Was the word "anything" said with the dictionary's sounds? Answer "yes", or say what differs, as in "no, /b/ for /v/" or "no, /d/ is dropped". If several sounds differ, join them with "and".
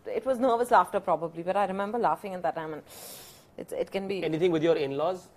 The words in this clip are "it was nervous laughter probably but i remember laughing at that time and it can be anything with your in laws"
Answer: no, /t/ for /θ/